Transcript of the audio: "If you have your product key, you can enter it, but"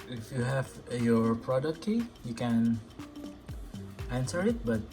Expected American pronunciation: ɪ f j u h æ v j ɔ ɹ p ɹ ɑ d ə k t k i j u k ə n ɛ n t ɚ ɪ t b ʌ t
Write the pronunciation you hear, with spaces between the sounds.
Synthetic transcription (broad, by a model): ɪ f j u h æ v j ɔ ɹ p ɹ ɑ d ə k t k i j u k ə n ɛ n s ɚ ɪ t b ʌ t